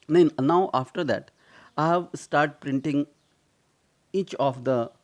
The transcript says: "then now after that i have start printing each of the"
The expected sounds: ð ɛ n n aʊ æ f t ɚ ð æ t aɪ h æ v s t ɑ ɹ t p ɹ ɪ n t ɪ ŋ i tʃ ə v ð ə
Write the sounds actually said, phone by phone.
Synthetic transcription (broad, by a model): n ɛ n n aʊ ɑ f t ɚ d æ t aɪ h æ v s t ɑ ɹ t p ɹ ɪ n t ɪ ŋ i tʃ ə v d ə